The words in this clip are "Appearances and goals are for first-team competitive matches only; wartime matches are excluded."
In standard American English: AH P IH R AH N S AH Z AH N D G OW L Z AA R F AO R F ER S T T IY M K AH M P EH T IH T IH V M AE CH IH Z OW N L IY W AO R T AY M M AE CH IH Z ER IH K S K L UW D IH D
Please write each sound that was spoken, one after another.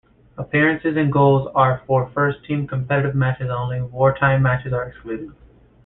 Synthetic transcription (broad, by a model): AH P IH R AH N S AH Z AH N G OW L Z AA R F AO R F ER S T T IY M K AH M P EH T IH T IH V M AE CH IH Z OW N L IY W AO R T AY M M AE CH IH Z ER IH K S K L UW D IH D